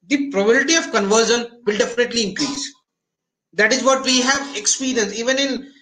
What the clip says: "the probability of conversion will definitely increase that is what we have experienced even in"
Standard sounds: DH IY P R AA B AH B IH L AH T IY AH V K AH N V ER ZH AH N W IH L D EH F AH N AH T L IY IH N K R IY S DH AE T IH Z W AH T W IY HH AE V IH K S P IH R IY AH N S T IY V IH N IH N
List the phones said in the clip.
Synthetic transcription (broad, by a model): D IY P R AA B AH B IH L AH T IY AH V K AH N V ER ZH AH N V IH L D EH F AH N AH T L IY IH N K R IY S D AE T IH Z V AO T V IY HH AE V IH K S P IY R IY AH N S IY V IH N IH N